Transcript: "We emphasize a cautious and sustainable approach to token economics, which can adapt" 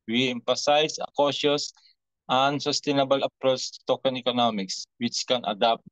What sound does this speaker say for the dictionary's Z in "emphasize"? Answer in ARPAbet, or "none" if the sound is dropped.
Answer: S